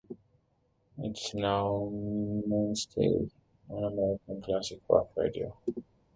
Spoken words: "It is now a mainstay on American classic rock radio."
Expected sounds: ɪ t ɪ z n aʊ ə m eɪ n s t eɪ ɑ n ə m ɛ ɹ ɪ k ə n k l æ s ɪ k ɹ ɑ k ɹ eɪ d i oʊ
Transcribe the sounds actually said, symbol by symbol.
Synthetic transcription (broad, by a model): ɪ t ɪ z n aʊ ə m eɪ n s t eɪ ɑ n ə m ɛ ɹ ɪ k ə n k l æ s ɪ k w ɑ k ɹ eɪ d i oʊ